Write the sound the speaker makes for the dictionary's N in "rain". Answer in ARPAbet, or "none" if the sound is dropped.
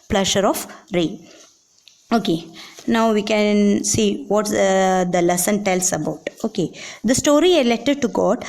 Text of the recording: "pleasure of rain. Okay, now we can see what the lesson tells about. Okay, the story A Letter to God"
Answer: none